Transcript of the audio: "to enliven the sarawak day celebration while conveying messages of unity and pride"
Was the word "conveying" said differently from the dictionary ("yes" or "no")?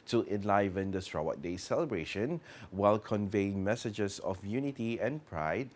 no